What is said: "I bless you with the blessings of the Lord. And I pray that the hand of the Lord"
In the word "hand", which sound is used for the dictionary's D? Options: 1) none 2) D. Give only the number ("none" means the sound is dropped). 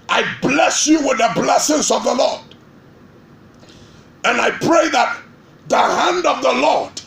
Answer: 2